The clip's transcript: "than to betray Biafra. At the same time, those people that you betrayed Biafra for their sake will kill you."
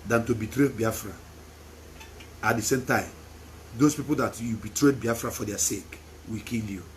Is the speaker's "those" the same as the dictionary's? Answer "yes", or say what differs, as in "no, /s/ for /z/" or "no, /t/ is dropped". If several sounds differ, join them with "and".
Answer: no, /s/ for /z/